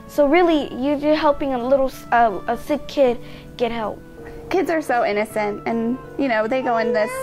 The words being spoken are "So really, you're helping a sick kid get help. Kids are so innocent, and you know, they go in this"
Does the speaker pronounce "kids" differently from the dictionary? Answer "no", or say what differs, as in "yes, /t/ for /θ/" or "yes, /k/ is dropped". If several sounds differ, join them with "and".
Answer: no